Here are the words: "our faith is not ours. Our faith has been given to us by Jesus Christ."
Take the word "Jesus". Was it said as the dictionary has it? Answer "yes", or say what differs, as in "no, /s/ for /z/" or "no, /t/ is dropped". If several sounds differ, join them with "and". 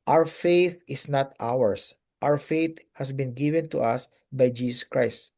no, /s/ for /z/